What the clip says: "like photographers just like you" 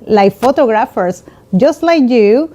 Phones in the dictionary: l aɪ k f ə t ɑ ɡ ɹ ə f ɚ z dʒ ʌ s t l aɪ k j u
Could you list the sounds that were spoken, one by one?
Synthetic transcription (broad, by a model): l aɪ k f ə t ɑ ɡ ɹ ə f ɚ s dʒ ʌ s t l aɪ k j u